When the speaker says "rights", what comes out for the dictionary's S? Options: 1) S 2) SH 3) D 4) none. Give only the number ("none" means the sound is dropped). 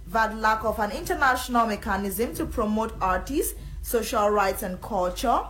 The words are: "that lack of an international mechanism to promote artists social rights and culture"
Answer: 1